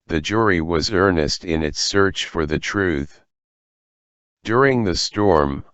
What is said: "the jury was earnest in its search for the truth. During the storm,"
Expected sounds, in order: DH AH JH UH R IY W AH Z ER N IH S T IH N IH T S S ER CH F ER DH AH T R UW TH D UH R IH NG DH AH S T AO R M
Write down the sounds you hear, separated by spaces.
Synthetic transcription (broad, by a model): DH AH JH UH R IY W AH Z ER N IH S T IH N IH T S S ER CH F ER DH AH T R UW TH D UH R IH NG DH AH S T AO R M